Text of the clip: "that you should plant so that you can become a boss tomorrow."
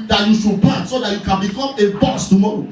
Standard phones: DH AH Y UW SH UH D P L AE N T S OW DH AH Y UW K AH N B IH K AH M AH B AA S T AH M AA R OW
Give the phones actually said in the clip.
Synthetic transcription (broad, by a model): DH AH Y UW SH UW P AA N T S OW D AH Y UW K AH N B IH K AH M AH B AA S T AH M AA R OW